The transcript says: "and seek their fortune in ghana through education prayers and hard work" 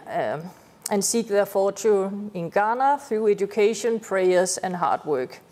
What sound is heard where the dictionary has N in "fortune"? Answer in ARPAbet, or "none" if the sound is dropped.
none